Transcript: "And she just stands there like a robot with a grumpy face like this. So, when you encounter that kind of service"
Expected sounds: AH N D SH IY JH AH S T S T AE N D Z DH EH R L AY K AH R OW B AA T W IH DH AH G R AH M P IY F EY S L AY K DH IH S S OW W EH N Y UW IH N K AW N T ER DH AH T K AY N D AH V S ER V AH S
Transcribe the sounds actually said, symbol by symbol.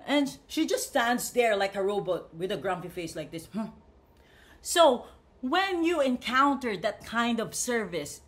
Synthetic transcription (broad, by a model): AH N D SH IY JH AH S T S T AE N D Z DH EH R L AY K AH R OW B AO T W IH DH AH G R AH M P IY F EY S L AY K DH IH S S OW W EH N Y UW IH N K AW N T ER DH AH T K AY N D AH V S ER V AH S